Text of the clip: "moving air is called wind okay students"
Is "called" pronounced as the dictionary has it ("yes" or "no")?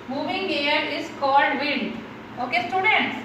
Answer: yes